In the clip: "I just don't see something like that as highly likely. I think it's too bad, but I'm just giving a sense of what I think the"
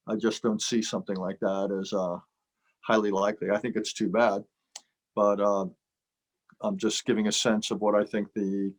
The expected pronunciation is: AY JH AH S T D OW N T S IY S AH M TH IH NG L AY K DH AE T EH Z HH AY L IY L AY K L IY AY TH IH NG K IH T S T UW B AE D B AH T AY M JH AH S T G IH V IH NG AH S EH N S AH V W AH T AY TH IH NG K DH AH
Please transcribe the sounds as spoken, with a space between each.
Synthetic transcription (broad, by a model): AY JH AH S D OW N T S IY S AH M TH IH NG L AY K DH AE T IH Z HH AY L IY L AY K L IY AY TH IH NG K IH T S T UW B AE D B AH T AY M JH AH S G IH V IH NG AH S EH N S AH V W AH T AY TH IH NG K DH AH